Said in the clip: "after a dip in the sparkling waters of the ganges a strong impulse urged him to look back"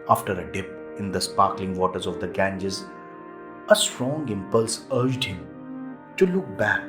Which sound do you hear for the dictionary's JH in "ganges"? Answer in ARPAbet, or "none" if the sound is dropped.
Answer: JH